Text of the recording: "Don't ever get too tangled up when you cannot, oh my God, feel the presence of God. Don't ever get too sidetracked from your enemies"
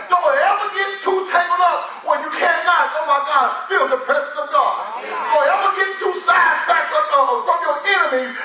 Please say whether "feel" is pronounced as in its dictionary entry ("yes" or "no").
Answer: yes